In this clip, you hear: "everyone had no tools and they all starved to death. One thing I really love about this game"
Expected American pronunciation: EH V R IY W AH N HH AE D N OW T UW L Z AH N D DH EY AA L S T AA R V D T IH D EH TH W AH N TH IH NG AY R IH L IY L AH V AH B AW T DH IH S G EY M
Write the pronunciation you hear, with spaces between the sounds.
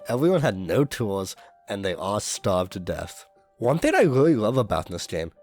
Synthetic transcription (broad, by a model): EH V R IY W AH N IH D N OW T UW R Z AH N DH EY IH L S T AA R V T IH D EH TH W AH N TH IH NG AY R IH L IY L AH V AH B AW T DH IH S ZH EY M